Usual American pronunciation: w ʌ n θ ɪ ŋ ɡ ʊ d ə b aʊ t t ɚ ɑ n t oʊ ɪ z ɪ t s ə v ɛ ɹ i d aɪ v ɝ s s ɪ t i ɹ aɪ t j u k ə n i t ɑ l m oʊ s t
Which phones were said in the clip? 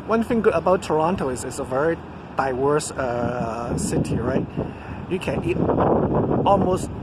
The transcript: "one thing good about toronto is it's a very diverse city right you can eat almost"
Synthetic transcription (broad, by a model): w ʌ n θ ɪ ŋ ɡ ʊ d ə b aʊ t t ɚ ɑ n t oʊ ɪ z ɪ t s ə v ɛ ɹ i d aɪ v ɝ s s ɪ t i ɹ aɪ t j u k ə n i t ɑ l m oʊ s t